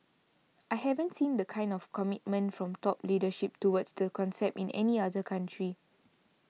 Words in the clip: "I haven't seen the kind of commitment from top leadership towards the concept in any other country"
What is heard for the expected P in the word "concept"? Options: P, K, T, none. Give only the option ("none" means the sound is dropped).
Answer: P